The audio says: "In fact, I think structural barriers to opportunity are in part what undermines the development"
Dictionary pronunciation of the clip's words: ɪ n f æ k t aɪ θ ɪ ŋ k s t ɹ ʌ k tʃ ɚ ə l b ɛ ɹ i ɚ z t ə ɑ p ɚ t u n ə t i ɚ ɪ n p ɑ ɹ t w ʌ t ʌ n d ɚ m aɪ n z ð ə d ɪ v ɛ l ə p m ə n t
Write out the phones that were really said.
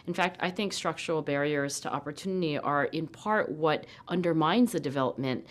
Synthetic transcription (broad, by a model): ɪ n f æ k t aɪ θ ɪ ŋ k s t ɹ ʌ k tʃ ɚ l b ɛ ɹ i ɚ z t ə ɑ p ɚ t u n ə t i ɚ ɪ n p ɑ ɹ t w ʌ t ʌ n d ɚ m aɪ n z ð ə d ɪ v ɛ l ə p m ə n t